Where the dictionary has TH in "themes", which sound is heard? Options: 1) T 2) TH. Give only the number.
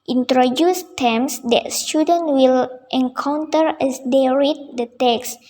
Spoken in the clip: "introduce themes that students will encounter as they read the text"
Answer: 1